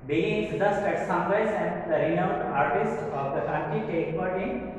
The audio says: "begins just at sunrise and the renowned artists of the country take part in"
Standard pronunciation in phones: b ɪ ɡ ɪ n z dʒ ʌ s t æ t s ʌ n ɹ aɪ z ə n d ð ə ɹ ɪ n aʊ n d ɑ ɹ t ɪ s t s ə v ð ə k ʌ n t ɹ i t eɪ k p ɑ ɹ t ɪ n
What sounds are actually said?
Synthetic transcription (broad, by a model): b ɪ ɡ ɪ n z dʒ ʌ s t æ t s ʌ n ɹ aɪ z ə n d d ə ɹ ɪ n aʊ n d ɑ ɹ t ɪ s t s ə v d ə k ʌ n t i t eɪ k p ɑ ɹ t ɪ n